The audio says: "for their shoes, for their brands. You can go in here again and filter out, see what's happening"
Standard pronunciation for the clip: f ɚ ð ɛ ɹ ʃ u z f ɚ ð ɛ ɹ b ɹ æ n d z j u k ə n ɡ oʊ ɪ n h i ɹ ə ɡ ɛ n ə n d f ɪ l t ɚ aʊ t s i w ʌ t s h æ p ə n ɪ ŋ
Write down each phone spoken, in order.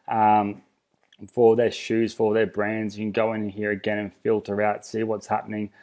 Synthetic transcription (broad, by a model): f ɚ ð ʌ ɹ ʃ u z f ɚ ð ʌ ɹ b ɹ æ n d z j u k n ɡ oʊ ɪ n h i ɹ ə ɡ ɛ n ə n f ɪ l t ɚ aʊ t s i w ʌ t s h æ p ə n ɪ ŋ